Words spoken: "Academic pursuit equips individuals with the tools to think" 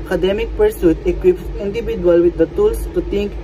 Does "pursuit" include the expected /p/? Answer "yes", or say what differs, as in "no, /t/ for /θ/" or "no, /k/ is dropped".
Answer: yes